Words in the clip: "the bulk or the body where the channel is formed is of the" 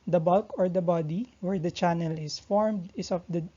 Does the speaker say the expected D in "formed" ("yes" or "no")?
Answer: yes